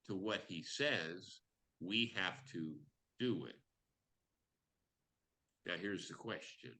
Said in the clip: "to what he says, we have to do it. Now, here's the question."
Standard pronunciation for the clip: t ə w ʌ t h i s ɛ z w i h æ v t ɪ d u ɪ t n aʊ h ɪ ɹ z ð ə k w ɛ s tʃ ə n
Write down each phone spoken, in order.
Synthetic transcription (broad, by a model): t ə w ʌ t h i s ɛ z w i h æ f t ɪ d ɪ ɪ t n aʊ h ɪ ɹ z ð ə k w ɛ s tʃ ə n